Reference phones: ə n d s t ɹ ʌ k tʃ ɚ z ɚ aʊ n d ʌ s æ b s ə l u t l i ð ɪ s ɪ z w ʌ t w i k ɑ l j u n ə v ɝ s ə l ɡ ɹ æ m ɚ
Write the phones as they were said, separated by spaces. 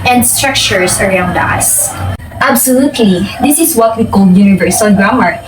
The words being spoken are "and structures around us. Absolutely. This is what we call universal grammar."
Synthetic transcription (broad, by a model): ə n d s t ɹ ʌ k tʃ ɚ s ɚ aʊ n d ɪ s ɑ b s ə l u t l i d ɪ s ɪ s w ʌ t w i k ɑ l j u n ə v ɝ s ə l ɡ ɹ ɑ m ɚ